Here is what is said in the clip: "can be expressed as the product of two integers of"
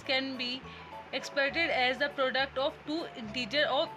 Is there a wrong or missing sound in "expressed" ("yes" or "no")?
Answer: yes